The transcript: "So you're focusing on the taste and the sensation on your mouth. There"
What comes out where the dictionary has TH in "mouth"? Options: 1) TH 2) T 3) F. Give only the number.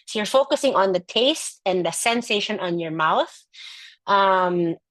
1